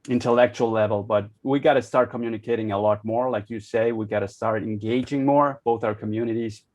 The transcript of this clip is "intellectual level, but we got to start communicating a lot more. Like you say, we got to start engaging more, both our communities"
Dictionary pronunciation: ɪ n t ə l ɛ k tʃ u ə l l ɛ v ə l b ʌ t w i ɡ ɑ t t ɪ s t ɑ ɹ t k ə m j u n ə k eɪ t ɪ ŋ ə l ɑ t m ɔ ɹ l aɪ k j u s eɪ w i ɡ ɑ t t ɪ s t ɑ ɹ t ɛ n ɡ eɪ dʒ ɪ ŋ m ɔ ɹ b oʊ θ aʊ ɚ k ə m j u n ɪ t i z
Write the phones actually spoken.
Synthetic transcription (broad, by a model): ɪ n t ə l ɛ k tʃ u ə l l ɛ v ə l b ʌ t w i ɡ ɑ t t ɪ s t ɑ ɹ t k ə m j u n ə k eɪ t ɪ ŋ ə l ɑ t m ɔ ɹ l aɪ k j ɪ s eɪ w i ɡ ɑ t t ɪ s t ɑ ɹ t ɛ n ɡ eɪ dʒ ɪ ŋ m ɔ ɹ b oʊ θ aʊ ɚ k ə m j u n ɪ t i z